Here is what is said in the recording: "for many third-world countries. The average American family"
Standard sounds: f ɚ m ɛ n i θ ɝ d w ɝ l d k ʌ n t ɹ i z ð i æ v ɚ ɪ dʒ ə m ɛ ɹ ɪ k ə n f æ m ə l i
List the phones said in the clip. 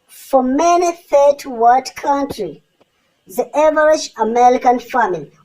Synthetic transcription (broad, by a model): f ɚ m ɛ n i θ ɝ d w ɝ d k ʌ n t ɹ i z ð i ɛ v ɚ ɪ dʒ ə m ɛ ɹ ɪ k ə n f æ m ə l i